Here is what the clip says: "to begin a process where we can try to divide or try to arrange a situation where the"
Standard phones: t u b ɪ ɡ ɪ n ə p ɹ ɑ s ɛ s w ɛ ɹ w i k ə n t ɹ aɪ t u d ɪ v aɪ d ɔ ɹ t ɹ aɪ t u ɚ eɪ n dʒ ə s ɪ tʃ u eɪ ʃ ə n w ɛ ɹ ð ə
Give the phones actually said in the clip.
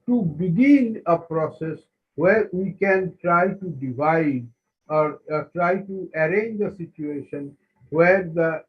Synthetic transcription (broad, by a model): t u b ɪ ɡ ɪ n ə p ɹ ɑ s ɛ s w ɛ ɹ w i k ə n t ɹ aɪ t u d ɪ v aɪ d ɔ ɹ t ɹ aɪ t u ɚ eɪ n dʒ ə s ɪ tʃ u eɪ ʃ ə n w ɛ ɹ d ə